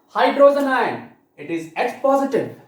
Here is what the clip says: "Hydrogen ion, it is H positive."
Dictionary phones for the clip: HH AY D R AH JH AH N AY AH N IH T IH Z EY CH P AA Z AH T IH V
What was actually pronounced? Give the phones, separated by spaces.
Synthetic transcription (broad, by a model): HH AY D R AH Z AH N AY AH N IH T IH Z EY S P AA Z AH T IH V